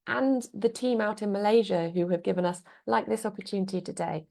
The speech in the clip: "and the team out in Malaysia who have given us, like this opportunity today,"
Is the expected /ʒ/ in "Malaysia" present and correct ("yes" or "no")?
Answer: yes